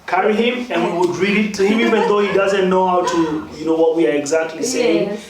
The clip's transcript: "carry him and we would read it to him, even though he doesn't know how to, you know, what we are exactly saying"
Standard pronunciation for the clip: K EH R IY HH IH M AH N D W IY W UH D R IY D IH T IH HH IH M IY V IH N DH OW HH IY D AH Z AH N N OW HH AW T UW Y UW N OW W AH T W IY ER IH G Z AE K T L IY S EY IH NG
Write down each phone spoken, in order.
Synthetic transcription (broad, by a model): K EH R IY HH IH M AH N W IY W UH D R IY D IH T IH HH IH M IY V IH N DH OW HH IY D AH Z AH N N OW HH AW T UW Y UW N OW W AH T W IY ER IH G Z AE K T L IY S EY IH NG